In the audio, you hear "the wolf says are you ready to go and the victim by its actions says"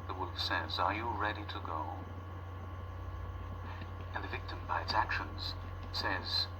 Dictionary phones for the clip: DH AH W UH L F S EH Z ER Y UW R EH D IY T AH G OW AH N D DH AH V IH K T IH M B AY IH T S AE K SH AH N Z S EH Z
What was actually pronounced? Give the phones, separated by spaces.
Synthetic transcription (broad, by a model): DH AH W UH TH S EH Z ER Y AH R EH D IY T AH G OW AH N DH AH V IH K T IH M B AY IH T S AE K SH AH N Z S EH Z